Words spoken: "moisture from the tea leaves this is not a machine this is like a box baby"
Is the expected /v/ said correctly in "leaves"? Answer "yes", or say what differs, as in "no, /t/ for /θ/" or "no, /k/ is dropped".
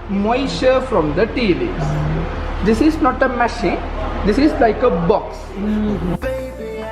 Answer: no, /v/ is dropped